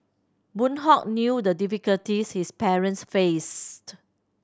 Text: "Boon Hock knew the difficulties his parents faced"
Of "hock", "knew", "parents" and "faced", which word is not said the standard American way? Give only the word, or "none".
none